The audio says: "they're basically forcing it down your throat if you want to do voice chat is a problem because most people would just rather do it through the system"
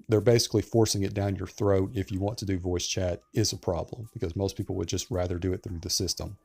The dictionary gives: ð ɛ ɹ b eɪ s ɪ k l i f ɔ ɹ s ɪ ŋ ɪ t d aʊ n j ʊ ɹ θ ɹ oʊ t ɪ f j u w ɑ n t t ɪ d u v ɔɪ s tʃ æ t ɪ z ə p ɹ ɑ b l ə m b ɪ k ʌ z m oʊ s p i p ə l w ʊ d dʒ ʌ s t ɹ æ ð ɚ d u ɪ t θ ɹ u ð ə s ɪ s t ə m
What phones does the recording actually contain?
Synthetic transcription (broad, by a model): ð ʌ ɹ b eɪ s ɪ k l i f ɔ ɹ s ɪ ŋ ɪ t d aʊ n j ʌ ɹ θ ɹ oʊ t ɪ f j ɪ w ɑ n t t ɪ d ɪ v ɔɪ s tʃ æ t ɪ z ə p ɹ ɑ b l ə m b ɪ k ʌ z m oʊ s p i p l w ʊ d dʒ ʌ s t ɹ æ ð ɚ d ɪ ɪ t θ ɹ u ð ə s ɪ s t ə m